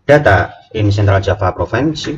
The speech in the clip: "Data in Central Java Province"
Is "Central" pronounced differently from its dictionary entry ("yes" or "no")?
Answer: no